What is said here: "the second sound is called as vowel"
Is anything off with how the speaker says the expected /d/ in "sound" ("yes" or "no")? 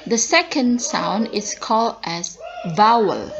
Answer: no